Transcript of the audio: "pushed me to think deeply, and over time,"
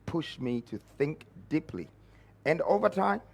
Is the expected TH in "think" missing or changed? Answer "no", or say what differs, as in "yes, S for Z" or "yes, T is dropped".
no